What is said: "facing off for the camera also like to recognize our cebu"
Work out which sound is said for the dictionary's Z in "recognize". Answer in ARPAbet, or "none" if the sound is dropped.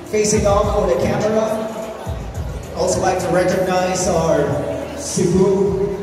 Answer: Z